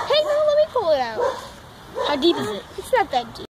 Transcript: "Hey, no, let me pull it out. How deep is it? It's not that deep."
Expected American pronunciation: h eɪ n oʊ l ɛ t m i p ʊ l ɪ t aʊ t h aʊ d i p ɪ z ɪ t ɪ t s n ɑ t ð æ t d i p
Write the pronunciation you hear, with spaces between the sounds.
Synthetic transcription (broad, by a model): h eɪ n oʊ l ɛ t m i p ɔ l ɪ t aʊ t h aʊ d i p ɪ z ɪ t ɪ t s l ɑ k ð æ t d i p